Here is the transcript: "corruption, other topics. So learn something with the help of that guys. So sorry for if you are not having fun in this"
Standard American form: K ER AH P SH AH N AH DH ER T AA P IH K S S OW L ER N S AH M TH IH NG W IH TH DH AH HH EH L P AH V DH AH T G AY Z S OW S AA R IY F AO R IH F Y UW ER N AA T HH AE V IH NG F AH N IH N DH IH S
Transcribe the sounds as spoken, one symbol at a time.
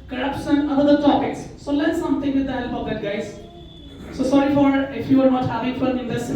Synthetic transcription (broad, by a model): K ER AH P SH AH N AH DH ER T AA P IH K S S OW L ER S S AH M T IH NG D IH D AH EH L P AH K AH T G AY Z S OW S AA R IY F AO R IH F Y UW ER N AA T HH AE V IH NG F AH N IH N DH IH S